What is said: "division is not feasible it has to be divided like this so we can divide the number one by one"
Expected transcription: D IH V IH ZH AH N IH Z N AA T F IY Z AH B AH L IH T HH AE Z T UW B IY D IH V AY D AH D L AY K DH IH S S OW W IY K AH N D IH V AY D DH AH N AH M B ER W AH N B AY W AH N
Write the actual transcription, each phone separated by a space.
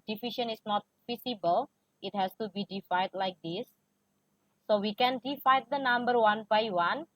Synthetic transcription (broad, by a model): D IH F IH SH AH N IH S N AA T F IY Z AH B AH L IH T HH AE S T UW B IY D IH F AY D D L AY K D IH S S OW W IY K AH N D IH F AY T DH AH N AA M B ER W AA N B AY W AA N